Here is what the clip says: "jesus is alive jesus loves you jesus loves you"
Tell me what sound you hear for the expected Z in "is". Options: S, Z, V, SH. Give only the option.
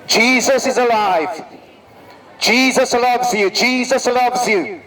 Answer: Z